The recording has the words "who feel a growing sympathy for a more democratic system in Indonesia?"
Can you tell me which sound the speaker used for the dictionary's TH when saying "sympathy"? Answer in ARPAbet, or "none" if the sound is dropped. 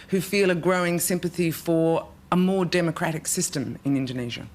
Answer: TH